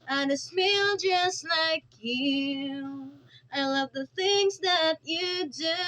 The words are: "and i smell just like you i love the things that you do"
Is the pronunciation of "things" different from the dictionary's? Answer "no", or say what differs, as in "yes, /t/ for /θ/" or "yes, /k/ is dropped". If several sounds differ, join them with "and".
no